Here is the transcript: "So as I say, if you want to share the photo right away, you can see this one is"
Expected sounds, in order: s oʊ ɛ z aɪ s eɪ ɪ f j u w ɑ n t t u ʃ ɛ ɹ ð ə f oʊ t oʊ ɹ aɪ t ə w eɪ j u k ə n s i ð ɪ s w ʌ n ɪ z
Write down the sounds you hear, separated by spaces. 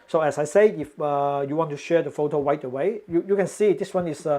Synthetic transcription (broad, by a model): s oʊ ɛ s aɪ s eɪ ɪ f j u w ɑ n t t u ʃ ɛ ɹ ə f oʊ t oʊ w aɪ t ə w eɪ j u k ə n s i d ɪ s w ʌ n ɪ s